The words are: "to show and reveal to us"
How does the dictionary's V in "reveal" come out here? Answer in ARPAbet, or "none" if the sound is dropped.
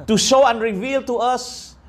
V